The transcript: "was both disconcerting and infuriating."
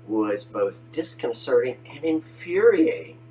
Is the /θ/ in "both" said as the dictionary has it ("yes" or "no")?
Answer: yes